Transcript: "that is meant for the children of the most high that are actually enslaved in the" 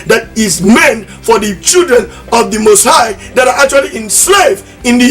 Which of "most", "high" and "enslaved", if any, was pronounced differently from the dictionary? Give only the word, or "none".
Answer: enslaved